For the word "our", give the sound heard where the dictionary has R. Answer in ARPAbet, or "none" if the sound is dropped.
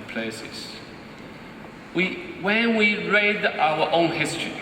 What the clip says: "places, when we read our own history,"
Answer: W